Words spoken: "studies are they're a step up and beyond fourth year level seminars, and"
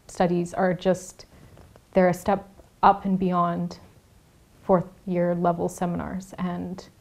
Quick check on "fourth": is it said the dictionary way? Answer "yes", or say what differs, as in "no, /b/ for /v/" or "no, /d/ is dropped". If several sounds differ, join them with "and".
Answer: yes